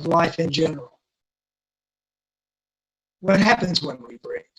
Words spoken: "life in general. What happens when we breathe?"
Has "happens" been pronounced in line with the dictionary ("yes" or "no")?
yes